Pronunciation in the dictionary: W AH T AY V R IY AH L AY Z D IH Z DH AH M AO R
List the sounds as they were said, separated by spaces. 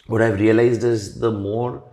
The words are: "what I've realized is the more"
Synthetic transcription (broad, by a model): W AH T AY V R IY AH L AY Z D IH Z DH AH M AO R